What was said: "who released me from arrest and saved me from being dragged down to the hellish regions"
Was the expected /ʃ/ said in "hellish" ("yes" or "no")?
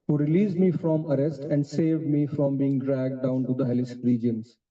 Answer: no